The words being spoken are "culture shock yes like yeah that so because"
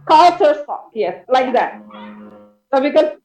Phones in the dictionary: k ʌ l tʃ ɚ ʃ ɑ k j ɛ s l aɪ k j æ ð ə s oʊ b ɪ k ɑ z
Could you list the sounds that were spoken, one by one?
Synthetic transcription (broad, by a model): k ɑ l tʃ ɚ s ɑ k j ɛ s l aɪ k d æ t s oʊ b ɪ k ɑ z